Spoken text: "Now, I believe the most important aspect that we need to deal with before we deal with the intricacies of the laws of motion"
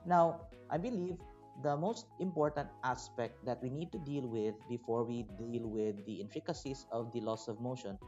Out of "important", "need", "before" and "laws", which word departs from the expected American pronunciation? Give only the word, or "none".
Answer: laws